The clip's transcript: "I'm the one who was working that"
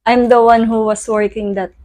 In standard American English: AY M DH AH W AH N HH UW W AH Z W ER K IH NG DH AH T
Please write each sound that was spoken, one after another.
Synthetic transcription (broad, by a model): AY M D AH W AH N HH UW W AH S W ER K IH NG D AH T